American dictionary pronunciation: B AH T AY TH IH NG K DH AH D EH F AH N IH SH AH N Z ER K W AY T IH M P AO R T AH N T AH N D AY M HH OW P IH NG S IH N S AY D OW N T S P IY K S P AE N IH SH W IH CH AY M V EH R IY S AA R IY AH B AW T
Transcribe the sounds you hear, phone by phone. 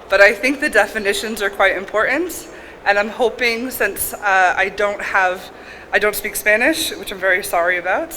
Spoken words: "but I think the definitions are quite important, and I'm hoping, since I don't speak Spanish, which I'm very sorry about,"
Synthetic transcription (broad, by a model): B AH T AY TH IH NG K DH AH D EH F AH N IH SH AH N Z ER K W AY T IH M P AO R T N T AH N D AY M HH OW P IH NG S IH N S AY D OW N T S P IY K S P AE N IH SH W IH CH AY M V EH R IY S AA R IY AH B AW T